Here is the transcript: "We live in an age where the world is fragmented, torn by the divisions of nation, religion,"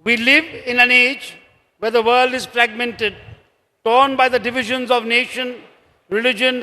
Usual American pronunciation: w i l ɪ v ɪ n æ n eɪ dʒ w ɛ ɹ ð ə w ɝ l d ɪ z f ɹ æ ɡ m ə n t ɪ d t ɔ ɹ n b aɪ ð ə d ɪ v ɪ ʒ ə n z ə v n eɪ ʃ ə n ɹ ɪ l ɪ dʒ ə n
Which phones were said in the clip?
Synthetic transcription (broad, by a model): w i l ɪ v ɪ n æ n eɪ dʒ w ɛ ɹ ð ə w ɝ l d ɪ z f ɹ æ ɡ m ə n t ɪ d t ɔ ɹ n b aɪ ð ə d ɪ v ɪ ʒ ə n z ə v n eɪ ʃ ə n ɹ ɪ l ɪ dʒ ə n